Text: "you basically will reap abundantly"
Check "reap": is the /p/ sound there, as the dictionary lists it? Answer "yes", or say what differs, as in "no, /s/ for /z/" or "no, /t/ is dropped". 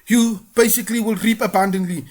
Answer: yes